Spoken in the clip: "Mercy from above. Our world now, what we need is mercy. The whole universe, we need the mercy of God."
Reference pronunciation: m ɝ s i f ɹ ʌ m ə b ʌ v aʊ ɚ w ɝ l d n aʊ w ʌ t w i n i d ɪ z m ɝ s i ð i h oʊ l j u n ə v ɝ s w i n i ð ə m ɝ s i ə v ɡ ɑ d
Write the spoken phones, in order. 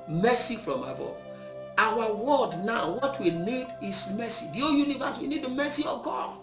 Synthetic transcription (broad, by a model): m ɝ s i f ɹ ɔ m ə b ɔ aʊ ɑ w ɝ d n aʊ w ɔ t w i n i d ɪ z m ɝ s i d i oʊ j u n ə v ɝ s w i n i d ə m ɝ s i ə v ɡ ɑ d